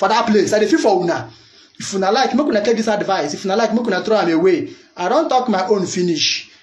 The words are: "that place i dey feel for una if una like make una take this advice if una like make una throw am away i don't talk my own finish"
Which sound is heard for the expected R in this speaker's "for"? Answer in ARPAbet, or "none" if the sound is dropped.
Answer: W